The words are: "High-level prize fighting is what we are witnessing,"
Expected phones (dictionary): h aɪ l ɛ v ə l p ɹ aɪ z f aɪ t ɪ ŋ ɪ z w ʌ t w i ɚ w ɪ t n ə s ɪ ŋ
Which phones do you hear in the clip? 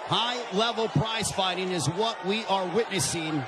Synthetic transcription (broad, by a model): h aɪ l ɛ v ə l p ɹ aɪ z f aɪ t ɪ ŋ ɪ z w ʌ t w i ɚ w ɪ t n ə s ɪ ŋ